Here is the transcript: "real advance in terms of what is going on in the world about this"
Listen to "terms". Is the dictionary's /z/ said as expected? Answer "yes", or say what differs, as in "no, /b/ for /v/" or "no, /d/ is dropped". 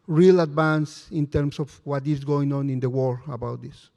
no, /s/ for /z/